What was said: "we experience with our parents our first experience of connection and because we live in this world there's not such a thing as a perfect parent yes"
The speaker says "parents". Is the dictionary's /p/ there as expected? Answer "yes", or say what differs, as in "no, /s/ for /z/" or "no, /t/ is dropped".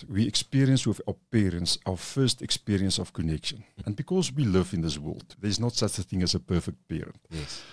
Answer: yes